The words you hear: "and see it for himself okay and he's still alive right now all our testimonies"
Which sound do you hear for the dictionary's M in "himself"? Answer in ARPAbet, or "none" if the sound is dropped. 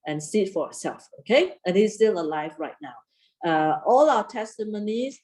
none